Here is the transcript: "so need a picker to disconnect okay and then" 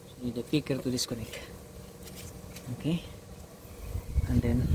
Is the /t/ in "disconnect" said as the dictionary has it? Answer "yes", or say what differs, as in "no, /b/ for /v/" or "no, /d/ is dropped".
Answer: no, /t/ is dropped